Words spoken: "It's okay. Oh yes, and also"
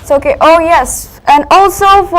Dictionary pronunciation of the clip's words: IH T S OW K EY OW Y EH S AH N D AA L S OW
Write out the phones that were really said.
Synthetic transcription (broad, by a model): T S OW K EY OW Y EH S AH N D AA L S OW